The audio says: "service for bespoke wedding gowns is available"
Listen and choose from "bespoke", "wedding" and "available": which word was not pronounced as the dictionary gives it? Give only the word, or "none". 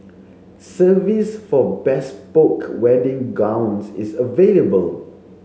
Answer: none